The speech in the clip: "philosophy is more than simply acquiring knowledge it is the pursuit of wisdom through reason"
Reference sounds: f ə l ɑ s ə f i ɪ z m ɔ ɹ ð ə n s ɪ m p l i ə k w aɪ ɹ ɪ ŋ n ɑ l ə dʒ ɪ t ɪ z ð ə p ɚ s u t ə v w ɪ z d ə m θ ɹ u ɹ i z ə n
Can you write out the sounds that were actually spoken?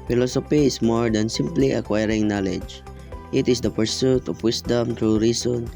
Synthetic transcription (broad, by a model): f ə l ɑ s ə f i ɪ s m ɔ ɹ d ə n s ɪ m p l i ə k w aɪ ɹ ɪ ŋ n ɑ l ə dʒ ɪ t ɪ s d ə p ɚ s u t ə f w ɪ s d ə m t ɹ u ɹ i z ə n